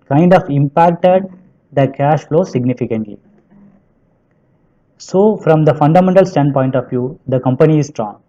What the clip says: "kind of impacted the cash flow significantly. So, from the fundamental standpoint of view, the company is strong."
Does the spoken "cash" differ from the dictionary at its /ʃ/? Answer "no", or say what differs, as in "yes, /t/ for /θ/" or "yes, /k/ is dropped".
no